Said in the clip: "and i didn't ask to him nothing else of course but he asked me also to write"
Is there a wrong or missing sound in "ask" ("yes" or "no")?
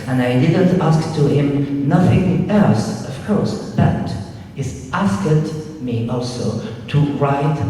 no